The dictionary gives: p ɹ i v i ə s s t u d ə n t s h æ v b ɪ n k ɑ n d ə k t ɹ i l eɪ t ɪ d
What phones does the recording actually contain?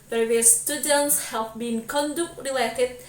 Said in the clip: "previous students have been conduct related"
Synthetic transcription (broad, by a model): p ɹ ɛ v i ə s s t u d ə n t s h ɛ p b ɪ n k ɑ n d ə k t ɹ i l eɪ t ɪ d